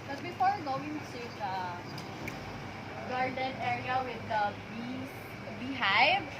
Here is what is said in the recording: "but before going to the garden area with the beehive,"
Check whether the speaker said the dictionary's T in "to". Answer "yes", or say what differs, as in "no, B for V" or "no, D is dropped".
no, S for T